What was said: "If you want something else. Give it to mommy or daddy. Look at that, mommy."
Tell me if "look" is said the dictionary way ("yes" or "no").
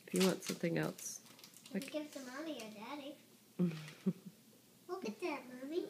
no